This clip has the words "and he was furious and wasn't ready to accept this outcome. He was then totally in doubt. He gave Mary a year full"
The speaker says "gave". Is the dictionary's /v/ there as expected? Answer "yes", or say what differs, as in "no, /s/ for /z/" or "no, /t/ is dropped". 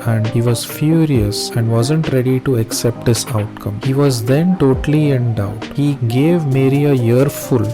yes